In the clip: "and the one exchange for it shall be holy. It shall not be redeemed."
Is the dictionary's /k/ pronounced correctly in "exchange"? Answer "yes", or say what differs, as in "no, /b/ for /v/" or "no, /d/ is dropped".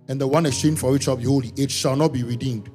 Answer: no, /k/ is dropped